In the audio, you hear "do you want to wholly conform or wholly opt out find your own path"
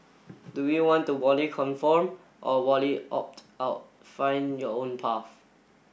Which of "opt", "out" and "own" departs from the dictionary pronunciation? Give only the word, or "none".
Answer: none